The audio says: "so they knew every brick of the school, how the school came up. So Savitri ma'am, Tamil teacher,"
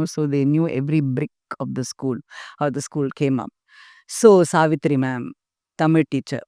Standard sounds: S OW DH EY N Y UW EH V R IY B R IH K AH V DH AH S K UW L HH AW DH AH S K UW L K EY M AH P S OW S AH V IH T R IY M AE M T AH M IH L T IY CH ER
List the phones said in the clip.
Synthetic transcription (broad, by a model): S OW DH EY N Y UW EH V R IY B R IH K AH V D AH S K UW L HH AW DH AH S K UW L K EY M AH P S OW S AH V IH T R IY M AE M T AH M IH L T IY CH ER